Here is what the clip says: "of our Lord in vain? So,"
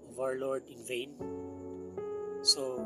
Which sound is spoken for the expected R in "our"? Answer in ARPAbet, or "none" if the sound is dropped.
R